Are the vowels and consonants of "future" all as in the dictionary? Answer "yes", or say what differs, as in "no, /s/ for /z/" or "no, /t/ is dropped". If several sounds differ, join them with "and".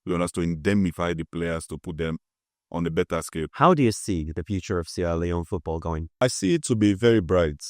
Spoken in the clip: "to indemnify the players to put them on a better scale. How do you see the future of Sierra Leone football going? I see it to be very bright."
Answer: yes